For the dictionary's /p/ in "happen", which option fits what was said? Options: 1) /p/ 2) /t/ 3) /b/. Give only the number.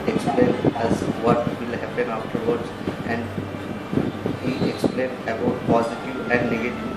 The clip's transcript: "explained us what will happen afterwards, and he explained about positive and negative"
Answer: 1